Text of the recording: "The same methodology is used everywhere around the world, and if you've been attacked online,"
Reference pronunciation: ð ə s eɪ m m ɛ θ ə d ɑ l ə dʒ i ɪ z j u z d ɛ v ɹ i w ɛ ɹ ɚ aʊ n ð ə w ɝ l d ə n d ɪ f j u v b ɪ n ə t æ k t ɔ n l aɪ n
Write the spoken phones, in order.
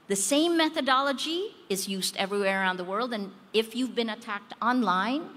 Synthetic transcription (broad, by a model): ð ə s eɪ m m ɛ θ ə d ɑ l ə dʒ i ɪ z j u z d ɛ v ɹ i w ɛ ɹ ɚ aʊ n ð ə w ɝ l d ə n ɪ f j u v b ɪ n ə t æ k t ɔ n l aɪ n